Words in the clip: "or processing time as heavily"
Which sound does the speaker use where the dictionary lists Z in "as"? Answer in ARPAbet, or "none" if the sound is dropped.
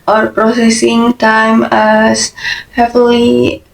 S